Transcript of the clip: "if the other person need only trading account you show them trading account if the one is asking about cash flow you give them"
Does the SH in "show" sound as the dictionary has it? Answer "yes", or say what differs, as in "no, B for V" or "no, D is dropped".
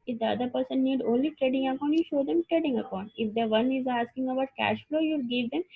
yes